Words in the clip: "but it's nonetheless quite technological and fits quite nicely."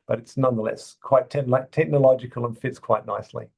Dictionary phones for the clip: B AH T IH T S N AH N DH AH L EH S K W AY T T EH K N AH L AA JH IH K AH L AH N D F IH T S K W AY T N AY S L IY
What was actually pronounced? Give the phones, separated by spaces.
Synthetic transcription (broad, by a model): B AH T IH T S N AH N DH AH L EH S K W AY T T EH K N AH L AA JH IH K AH L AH N F IH T S K W AY T N AY S L IY